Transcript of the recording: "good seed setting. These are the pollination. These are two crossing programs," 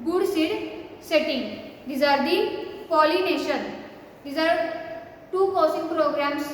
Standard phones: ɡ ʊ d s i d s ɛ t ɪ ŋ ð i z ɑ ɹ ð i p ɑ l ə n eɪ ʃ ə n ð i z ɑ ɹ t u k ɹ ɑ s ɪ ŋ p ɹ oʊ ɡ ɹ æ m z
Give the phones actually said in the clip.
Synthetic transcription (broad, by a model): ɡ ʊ d s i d s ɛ t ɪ ŋ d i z ɑ ɹ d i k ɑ l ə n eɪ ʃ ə n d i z ɑ ɹ t u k ɑ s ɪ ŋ p ɹ oʊ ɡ ɹ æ m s